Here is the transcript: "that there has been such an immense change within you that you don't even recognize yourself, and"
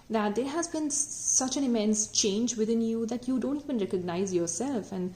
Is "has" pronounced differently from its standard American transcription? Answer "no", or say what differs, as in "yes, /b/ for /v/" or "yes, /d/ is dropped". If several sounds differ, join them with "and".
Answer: no